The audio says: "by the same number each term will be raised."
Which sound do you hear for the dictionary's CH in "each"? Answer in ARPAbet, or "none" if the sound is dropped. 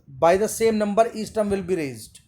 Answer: S